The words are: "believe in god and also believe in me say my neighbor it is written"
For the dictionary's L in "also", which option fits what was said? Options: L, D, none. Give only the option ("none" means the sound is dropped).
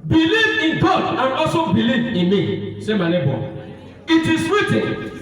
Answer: none